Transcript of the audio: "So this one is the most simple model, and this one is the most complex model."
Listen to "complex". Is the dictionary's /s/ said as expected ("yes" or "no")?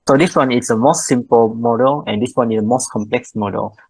yes